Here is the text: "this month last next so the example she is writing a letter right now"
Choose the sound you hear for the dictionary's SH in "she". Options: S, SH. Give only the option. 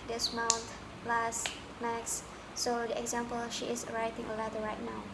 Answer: SH